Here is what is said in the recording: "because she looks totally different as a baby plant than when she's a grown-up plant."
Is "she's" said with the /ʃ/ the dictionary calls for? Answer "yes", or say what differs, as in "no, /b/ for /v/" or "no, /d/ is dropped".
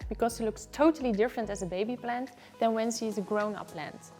no, /s/ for /ʃ/